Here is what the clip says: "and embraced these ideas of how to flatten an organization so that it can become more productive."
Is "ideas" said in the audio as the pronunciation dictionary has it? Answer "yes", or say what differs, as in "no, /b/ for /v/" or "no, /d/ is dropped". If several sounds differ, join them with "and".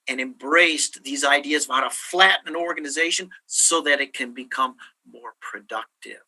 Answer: yes